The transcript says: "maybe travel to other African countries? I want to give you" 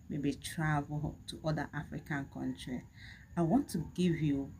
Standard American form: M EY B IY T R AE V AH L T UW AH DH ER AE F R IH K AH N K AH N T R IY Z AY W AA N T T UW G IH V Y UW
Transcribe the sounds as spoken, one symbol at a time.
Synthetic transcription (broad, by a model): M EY B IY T R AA V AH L T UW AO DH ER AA F R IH K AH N K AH N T R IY AY W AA N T T UW G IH V Y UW